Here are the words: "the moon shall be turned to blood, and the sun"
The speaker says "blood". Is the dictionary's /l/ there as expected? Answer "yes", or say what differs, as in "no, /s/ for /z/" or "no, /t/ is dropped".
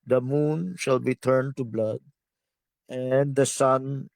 yes